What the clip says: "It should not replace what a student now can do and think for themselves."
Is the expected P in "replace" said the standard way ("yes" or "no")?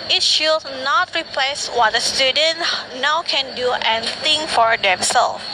yes